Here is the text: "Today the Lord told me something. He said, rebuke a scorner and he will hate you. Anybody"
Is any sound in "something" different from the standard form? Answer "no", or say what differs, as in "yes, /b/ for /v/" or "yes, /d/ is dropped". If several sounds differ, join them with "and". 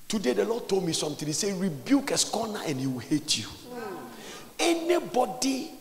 yes, /t/ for /θ/